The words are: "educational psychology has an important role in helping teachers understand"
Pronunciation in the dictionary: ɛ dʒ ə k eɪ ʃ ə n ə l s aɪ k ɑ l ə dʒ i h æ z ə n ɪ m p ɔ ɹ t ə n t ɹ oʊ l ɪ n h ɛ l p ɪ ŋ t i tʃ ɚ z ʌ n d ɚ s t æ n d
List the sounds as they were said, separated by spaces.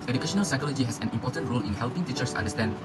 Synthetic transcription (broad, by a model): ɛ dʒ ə k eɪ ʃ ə n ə l s aɪ k ɑ l ə dʒ i h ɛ s ə n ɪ m p ɔ t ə n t ɹ oʊ l ɪ n h ɛ l p ɪ ŋ t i tʃ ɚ s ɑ n d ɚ s t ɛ n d